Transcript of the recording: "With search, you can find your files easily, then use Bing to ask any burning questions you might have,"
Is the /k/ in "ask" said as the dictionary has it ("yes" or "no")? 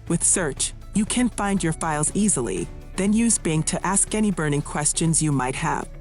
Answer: yes